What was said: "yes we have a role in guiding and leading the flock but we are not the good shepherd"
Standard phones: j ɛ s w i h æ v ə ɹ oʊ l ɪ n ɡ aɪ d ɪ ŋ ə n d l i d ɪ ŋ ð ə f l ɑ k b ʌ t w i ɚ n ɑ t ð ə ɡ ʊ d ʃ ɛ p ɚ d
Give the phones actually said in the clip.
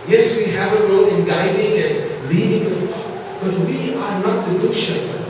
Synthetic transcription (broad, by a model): j ɛ s w i h æ v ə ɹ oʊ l ɪ n ɡ aɪ d ɪ ŋ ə n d l i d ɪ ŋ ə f ɑ b ʌ t w i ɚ n ɑ t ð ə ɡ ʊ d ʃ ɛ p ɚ